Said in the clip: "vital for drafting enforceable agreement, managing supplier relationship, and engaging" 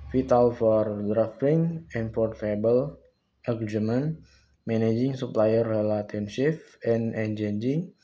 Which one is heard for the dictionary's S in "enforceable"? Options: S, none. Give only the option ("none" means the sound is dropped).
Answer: none